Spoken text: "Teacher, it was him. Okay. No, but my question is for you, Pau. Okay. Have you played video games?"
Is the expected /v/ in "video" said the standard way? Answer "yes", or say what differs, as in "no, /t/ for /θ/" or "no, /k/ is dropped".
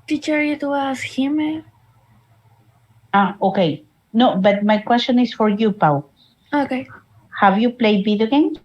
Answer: no, /b/ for /v/